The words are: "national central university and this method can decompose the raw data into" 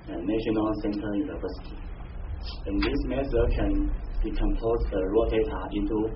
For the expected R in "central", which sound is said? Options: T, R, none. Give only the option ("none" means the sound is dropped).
none